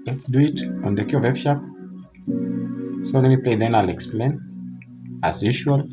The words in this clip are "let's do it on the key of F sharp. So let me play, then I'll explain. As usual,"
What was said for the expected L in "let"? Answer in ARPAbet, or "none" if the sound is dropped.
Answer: N